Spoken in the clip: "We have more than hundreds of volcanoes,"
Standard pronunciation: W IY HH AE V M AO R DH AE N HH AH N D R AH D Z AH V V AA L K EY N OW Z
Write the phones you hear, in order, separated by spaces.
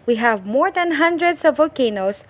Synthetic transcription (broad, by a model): W IY HH AE V M AO R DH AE N HH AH N D R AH D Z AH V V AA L K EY N OW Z